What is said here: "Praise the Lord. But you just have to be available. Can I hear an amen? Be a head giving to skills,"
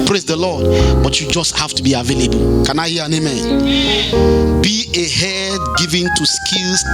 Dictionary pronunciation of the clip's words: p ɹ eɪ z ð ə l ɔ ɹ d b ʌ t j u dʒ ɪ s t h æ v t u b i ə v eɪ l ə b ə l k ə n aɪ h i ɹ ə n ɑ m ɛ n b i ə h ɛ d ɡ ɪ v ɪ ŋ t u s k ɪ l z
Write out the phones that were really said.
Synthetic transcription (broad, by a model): p ɹ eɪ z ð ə l ɔ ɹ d b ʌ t j u dʒ ɪ s t h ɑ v t u b i ə v eɪ l ə b ə l k ə n aɪ h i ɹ ə n ɑ m ɛ n b i ə h ɛ d ɡ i v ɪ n t u s k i l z